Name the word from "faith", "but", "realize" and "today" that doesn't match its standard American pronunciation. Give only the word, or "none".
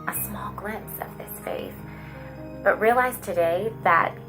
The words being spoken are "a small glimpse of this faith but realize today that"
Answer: faith